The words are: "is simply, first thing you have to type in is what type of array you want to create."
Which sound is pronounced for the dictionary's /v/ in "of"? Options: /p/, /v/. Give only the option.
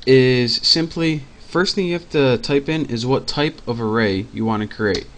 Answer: /v/